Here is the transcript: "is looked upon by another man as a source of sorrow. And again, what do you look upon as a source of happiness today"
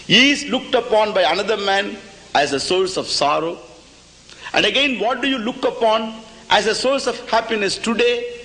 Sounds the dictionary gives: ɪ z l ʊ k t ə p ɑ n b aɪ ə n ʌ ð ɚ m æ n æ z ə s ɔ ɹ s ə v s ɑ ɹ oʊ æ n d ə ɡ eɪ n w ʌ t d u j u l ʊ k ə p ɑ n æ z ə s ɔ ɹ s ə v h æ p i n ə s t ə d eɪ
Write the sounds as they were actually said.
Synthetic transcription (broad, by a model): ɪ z l ʊ k t ə p ɑ n b aɪ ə n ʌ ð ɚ m æ n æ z ə s ɔ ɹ s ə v s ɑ ɹ oʊ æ n d ə ɡ eɪ n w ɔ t d u j u l ʊ k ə p ɑ n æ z ə s ɔ ɹ s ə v h æ p i n ə s t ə d eɪ